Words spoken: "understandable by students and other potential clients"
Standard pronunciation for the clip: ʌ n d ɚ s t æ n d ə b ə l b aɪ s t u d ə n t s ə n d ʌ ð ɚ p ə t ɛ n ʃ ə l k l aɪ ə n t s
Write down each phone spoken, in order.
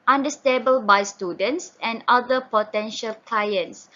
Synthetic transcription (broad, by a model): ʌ n d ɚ s t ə b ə l b aɪ s t u d ə n t s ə n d ʌ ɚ p ə t ɛ n ʃ ə l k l aɪ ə n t s